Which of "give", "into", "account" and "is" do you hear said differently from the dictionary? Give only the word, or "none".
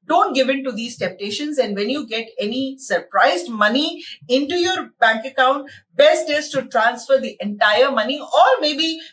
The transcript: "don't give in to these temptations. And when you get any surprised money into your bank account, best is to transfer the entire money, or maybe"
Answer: is